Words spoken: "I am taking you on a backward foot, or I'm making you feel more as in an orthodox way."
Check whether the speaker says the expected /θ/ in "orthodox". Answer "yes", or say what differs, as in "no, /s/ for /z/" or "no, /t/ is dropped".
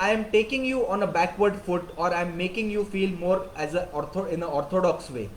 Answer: no, /t/ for /θ/